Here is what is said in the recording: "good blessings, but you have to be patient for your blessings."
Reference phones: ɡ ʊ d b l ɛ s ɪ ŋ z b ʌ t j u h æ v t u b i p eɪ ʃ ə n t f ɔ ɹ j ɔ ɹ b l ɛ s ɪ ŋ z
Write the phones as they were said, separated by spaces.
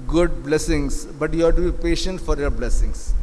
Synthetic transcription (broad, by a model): ɡ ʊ d b l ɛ s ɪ ŋ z b ʌ t j u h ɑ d t u b i p eɪ ʃ ə n t f ɔ ɹ j ɔ ɹ b l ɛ s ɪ ŋ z